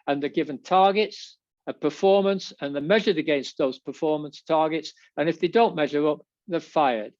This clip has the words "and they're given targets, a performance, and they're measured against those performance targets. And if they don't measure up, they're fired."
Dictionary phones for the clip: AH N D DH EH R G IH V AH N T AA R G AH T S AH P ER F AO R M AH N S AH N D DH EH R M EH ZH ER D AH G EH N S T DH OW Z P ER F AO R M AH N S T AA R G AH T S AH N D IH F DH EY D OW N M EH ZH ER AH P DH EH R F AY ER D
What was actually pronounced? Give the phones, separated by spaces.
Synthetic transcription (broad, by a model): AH N DH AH R G IH V AH N T AA R G AH T S AH P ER F AO R M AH N S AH N DH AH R M EH ZH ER D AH G EH N S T DH OW Z P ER F AO R M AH N S T AA R G AH T S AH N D IH F DH EY D OW N M EH ZH ER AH P DH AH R F AY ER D